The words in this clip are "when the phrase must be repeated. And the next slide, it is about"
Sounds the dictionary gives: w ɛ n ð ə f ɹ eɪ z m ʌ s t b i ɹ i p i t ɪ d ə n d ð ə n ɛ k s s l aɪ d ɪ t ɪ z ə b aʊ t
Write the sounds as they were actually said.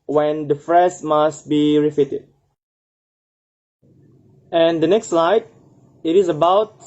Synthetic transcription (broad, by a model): w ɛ n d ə f ɹ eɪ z m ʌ s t b i ɹ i f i t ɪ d ə n d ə n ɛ k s s l aɪ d ɪ t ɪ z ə b aʊ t